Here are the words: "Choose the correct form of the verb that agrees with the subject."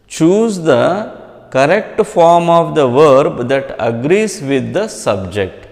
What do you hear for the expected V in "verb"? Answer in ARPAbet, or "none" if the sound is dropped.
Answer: V